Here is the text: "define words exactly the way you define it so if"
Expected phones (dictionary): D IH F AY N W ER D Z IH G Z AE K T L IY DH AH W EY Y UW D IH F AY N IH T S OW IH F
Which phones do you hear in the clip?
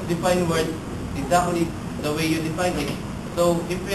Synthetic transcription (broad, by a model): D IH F AY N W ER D IH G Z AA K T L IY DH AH W EY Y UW D IH F AY N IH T S OW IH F